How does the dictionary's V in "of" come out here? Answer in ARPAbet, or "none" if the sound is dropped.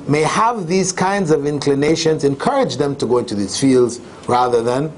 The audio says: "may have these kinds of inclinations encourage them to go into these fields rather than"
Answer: V